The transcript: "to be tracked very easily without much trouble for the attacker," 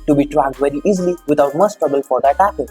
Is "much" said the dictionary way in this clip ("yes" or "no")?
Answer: no